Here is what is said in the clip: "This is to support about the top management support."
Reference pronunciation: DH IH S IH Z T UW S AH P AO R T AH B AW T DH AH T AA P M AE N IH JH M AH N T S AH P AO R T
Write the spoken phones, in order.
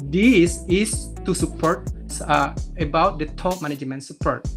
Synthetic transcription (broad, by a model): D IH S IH S T UW S AH P AO R T AH B AW T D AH T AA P M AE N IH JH M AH N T S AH P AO R T